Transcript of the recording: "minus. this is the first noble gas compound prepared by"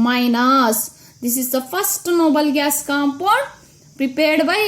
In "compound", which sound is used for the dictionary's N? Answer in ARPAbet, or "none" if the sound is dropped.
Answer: none